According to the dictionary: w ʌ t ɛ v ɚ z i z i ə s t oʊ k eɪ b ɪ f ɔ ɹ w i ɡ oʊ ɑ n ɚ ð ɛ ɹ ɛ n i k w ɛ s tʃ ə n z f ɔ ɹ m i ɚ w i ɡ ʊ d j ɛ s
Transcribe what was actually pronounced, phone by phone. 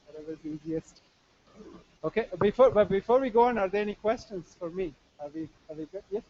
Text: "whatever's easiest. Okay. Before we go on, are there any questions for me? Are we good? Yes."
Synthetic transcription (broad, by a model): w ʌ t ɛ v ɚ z i z i ə s t oʊ k eɪ b ɪ f ɔ ɹ w i ɡ oʊ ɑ n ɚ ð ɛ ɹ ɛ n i k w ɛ s tʃ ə n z f ɔ ɹ m i ɚ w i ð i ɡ j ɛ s